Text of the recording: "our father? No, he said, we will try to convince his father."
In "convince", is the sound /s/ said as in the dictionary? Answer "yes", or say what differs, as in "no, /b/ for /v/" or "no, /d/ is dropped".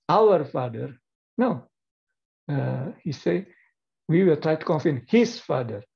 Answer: no, /s/ is dropped